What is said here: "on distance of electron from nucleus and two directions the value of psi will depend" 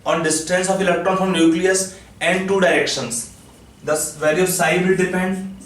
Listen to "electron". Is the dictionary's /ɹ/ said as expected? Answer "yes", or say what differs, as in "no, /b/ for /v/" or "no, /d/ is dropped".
no, /ɹ/ is dropped